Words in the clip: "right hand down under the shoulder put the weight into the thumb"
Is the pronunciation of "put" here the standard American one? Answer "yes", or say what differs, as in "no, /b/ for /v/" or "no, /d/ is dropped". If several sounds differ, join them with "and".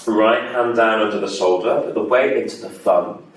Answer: no, /f/ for /p/